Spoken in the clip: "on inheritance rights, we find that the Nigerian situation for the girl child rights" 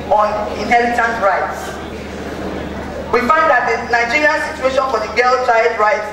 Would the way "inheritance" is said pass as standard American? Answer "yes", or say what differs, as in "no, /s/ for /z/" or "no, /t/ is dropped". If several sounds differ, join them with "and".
no, /l/ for /ɹ/